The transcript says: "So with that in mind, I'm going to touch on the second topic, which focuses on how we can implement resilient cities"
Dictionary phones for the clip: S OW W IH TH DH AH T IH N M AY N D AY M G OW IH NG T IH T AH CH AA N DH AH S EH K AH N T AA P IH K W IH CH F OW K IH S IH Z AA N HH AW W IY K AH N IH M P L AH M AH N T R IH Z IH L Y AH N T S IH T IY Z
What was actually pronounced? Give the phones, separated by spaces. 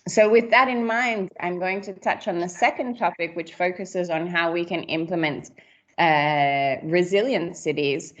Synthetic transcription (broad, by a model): S OW W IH DH AH T IH N M AY N D AY M G OW IH NG T IH T AH CH N DH AH S EH K AH N T AA P IH K W IH CH F OW K IH S IH Z N HH AW W IY K AH N IH M P L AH M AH N T R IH Z IH L Y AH N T S IH T IY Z